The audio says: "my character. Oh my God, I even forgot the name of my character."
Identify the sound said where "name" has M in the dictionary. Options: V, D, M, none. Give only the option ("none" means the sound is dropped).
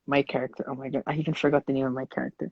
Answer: none